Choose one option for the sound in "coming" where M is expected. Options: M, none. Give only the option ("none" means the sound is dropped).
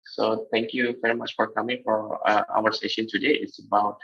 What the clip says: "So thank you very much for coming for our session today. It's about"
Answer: M